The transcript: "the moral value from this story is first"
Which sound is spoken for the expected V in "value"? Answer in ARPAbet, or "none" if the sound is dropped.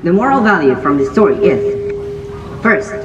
V